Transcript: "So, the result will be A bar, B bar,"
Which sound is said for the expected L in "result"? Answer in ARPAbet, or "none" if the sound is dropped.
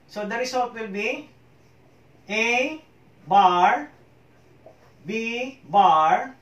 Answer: W